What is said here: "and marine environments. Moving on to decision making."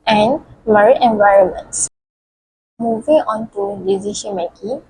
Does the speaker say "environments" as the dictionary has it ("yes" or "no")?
yes